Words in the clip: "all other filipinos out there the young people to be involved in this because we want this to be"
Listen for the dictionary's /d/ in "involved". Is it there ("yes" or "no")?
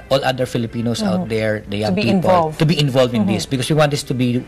no